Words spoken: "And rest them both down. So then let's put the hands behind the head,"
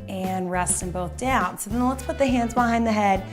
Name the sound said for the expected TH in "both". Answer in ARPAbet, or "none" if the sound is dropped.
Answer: TH